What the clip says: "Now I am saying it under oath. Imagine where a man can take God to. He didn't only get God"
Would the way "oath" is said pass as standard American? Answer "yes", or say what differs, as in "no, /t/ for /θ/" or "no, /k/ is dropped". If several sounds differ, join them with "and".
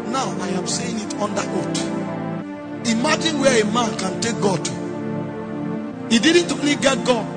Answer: no, /t/ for /θ/